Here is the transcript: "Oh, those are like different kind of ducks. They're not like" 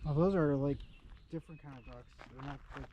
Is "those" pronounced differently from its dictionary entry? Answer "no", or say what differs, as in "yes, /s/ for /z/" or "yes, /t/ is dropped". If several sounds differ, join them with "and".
no